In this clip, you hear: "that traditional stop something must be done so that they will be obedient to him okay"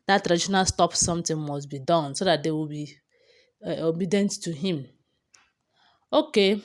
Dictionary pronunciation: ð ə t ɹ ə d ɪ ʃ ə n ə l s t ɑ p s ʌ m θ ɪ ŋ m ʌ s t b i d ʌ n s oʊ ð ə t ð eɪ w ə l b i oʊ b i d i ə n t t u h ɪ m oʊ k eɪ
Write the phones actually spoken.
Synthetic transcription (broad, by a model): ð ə t ɹ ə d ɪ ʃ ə n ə l s t ɑ p s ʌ m t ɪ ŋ m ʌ s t b i d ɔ n s oʊ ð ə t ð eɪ w ə l b i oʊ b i d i n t t u h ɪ m oʊ k eɪ